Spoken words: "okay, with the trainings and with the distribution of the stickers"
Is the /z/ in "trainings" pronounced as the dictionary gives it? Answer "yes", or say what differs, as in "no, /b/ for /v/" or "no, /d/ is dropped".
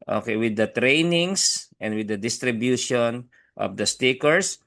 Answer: no, /s/ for /z/